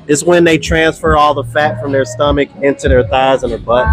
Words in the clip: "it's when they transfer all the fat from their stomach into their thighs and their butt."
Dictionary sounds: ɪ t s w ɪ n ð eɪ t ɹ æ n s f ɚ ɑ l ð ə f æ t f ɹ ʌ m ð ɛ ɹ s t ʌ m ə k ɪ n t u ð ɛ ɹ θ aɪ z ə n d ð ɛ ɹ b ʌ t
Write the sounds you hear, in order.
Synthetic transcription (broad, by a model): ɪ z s w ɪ n ð eɪ t ɹ æ n s f ɚ ɑ l ð ə f æ t f ɹ ʌ m ð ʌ ɹ s t ʌ m ə k ɪ n t u ð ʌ ɹ θ aɪ z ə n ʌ ɹ b ʌ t